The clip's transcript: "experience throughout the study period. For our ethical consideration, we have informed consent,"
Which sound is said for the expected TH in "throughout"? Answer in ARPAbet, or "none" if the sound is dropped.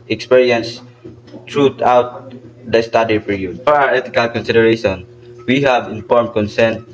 T